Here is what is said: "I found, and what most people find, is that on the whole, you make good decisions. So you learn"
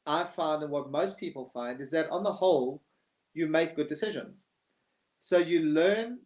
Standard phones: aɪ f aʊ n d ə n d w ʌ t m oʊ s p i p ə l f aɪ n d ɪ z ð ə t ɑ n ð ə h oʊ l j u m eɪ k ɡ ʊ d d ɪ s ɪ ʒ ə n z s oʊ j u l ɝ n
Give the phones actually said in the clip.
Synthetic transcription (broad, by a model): aɪ f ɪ n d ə n w ʌ t m oʊ s p i p ə l f aɪ n d ɪ z ð ə t n ð ə h oʊ l j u m eɪ k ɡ ʊ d d ɪ s ɪ ʒ ə n z s oʊ j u l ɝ n